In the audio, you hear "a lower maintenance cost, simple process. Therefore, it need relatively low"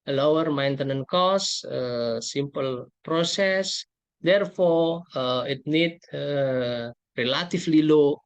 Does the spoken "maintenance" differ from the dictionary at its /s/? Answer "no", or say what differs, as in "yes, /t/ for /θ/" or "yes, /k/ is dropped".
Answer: yes, /s/ is dropped